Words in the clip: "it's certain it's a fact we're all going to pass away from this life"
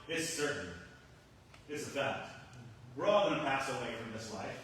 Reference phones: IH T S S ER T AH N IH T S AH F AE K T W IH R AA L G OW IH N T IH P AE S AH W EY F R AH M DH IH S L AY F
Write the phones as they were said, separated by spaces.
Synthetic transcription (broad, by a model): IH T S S ER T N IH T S AH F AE T W IH R AA L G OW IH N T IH P AE S AH W EY F R AH M DH IH S L AY F